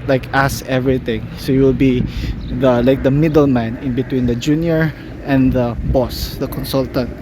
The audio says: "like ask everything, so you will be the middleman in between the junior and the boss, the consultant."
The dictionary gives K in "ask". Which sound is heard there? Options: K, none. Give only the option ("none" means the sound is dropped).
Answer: none